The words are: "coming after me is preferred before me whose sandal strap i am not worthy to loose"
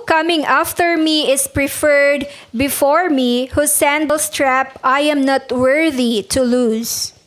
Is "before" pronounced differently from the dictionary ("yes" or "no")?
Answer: no